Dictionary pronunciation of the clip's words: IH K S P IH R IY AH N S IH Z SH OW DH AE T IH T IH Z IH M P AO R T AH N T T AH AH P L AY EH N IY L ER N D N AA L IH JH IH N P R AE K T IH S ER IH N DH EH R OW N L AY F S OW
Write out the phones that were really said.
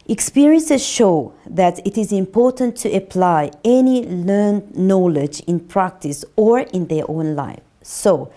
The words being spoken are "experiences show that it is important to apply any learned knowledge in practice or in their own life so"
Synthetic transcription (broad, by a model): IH K S P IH R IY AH N S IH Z SH OW DH AE T IH T IH Z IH M P AO R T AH N T T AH AH P L AY EH N IY L ER N D N AA L IH JH IH N P R AE K T IH S ER IH N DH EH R OW N L AY F S OW